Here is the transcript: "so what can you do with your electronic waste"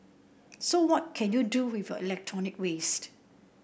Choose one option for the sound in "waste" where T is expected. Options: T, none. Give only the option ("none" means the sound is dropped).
T